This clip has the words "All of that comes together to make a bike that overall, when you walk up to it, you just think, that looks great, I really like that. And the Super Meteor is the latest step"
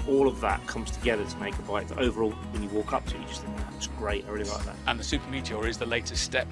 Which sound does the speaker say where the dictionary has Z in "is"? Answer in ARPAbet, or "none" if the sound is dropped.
Z